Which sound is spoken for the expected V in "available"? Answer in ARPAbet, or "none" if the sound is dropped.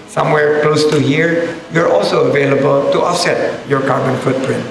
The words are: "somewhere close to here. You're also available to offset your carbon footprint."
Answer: V